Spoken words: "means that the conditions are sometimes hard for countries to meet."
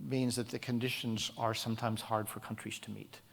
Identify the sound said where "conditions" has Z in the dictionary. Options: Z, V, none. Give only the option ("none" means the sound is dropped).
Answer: Z